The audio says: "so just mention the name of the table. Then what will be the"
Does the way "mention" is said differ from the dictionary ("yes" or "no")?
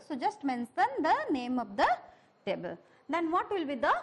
yes